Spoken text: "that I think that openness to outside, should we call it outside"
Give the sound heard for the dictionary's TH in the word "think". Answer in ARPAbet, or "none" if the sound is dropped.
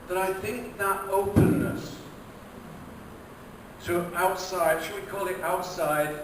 TH